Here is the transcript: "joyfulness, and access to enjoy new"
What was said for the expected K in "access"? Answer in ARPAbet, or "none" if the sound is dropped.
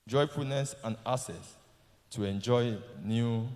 none